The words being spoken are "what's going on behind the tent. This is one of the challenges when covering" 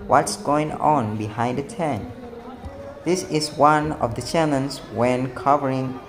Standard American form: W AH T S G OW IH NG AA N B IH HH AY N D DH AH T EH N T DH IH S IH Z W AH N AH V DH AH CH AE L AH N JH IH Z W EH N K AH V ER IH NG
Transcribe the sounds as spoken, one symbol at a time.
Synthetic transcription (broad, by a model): W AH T S G OW IH NG AA N B IH HH AY N D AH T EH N DH IH S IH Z W AH N AH V DH AH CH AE N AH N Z W EH N K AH V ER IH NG